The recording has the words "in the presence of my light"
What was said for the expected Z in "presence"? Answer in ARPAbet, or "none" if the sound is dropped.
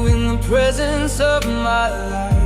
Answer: Z